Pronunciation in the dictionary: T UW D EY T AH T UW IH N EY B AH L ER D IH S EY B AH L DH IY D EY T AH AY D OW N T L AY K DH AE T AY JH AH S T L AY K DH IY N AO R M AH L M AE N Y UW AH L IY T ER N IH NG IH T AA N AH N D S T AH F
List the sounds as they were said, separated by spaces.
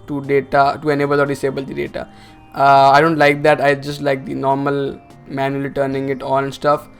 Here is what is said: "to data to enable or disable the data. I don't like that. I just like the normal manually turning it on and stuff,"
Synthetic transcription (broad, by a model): T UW D EY T AH T UW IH N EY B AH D ER D IH S EY B AH L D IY D EY T AH AY D OW N T L AY K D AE T AY JH AH S T L AY K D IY N AO R M AH L M AE N Y UW AH L IY T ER N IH NG IH T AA L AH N S T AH F